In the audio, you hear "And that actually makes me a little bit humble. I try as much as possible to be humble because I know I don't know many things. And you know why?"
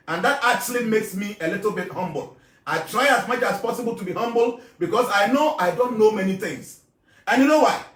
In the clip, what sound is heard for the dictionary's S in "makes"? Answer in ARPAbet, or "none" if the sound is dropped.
S